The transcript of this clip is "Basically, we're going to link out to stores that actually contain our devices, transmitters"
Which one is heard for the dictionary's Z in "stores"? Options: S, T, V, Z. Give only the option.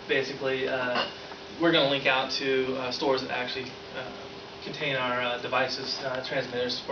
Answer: Z